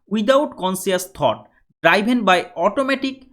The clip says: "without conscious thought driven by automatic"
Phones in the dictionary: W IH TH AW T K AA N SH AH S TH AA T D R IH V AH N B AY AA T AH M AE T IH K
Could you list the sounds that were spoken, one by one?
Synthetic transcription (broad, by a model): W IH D AW T K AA N S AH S T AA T D R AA B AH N B AY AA T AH M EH T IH K